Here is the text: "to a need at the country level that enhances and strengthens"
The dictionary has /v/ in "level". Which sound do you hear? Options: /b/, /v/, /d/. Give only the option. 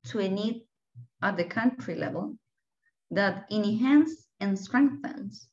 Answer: /v/